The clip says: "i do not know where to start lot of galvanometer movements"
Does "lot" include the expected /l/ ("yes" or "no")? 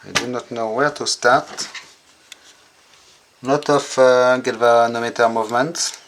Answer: no